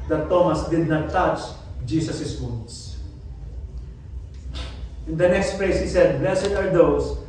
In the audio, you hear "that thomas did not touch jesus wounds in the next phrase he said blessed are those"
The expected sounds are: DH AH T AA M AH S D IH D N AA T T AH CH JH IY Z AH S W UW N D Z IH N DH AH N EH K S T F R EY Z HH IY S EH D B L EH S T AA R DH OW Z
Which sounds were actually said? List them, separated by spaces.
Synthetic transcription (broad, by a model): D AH T AA M AH S D IH D N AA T T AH CH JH IY S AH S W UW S IH N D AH N EH K S T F L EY S HH IY S EH D B L EH S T AA R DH OW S